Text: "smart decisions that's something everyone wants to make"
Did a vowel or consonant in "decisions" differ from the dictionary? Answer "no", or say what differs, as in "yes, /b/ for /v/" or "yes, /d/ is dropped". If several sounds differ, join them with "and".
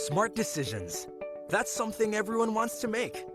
no